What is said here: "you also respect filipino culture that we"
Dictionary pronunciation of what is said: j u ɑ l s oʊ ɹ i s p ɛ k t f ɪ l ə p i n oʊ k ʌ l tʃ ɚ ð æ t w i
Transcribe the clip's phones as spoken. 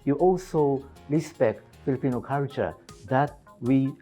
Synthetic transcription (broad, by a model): j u ɑ l s oʊ ɹ i s p ɛ k t f ɪ l ə p i n oʊ k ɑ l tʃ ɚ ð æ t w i